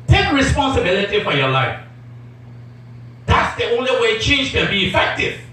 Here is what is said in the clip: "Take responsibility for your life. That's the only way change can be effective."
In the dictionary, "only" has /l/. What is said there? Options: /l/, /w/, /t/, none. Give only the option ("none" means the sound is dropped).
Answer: /l/